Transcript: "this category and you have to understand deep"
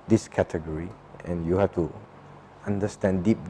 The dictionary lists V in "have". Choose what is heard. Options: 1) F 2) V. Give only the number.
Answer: 1